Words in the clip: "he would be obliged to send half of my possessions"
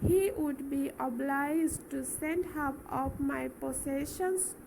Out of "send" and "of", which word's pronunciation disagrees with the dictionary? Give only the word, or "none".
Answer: of